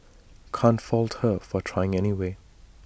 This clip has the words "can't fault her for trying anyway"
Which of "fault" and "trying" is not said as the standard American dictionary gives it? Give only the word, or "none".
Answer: none